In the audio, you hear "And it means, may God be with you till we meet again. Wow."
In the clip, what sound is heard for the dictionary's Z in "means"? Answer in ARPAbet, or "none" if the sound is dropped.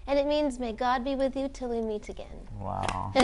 Z